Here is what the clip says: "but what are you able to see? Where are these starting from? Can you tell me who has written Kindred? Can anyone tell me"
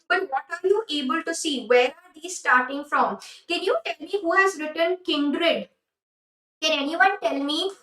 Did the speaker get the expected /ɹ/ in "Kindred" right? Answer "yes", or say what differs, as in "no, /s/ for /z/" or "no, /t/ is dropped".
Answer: yes